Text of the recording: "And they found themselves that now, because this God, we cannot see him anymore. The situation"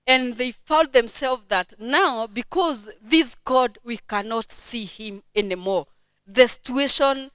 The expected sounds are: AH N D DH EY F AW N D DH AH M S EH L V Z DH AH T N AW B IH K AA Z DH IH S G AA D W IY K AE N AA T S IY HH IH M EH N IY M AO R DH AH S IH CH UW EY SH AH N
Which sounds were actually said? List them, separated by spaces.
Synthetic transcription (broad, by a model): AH N DH EY F AW N D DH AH M S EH L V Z DH AH T N AW B IH K AA Z DH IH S G AA D W IY K AE N AA T S IY HH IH M EH N IY M AO R DH AH S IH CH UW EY SH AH N